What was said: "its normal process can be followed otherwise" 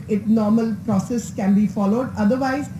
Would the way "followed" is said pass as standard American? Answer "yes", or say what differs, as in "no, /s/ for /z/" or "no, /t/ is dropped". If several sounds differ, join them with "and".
yes